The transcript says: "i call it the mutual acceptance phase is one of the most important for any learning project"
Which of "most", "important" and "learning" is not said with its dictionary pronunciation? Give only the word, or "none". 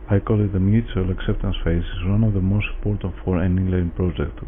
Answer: learning